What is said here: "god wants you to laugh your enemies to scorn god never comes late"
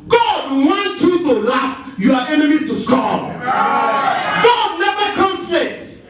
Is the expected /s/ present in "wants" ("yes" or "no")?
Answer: no